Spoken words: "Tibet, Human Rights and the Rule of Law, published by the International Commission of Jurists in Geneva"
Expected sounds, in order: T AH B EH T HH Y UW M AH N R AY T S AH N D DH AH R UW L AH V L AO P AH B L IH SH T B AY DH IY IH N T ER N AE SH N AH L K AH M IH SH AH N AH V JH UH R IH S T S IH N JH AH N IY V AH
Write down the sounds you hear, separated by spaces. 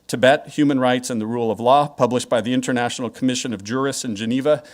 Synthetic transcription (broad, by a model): T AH B EH T HH Y UW M AH N R AY T S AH N DH AH R UW L AH V L AO P AH B L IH SH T B AY DH IY IH N T ER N AE SH N L K AH M IH SH AH N AH V JH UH R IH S S IH N JH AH N IY V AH